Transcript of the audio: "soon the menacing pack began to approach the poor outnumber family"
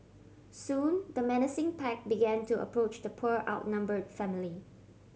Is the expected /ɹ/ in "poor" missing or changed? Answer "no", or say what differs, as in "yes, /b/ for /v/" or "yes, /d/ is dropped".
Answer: no